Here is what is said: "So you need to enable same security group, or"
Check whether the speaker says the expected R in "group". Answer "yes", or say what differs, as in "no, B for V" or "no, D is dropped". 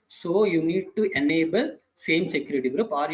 yes